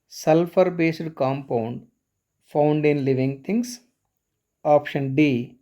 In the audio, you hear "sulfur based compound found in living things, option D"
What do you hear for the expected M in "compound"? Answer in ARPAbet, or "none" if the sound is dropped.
M